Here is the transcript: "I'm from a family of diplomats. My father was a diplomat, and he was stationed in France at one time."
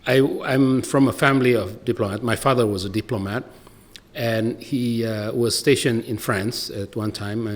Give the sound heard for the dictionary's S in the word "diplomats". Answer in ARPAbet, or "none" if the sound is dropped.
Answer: none